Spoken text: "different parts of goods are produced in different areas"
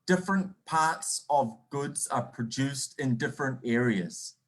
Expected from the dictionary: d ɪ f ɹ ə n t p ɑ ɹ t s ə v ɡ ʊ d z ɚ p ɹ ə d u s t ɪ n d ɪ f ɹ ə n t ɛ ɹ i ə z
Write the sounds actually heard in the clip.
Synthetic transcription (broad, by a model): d ɪ f ɹ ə n p ɑ ɹ t s ə v ɡ ʊ d z ɚ p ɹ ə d u s t ɪ n d ɪ f ɹ ə n t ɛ ɹ i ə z